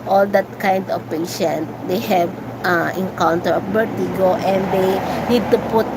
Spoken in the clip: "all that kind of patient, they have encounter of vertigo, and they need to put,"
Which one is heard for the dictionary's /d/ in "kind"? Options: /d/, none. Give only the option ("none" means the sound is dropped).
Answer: /d/